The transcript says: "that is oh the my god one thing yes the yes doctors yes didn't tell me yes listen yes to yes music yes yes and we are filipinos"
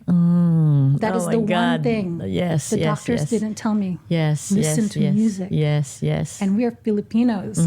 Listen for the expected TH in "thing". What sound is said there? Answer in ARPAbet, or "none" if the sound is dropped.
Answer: TH